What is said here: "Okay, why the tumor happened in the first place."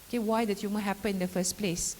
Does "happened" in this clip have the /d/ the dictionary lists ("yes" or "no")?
no